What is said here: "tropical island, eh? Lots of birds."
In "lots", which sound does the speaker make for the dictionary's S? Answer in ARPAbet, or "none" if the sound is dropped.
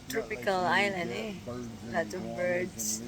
none